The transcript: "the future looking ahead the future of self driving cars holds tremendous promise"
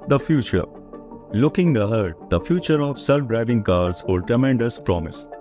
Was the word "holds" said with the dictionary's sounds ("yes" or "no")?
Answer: no